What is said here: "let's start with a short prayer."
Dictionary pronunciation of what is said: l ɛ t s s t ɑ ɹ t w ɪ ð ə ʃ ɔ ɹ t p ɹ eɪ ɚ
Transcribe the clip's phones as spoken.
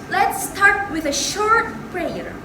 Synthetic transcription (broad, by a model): l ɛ t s s t ɑ ɹ t w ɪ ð ə ʃ ɔ ɹ t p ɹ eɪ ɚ